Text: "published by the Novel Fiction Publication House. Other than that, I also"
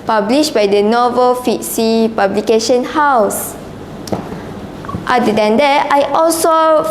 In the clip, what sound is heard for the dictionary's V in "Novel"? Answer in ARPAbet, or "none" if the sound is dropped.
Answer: V